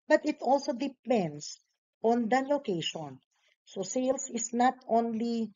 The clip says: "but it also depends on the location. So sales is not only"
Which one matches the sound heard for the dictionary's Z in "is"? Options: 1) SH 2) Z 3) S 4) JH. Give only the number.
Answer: 3